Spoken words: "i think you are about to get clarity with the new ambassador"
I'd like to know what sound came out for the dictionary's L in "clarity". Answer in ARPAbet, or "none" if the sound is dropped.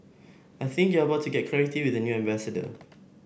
none